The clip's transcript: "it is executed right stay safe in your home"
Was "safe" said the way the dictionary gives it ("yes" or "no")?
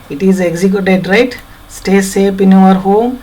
no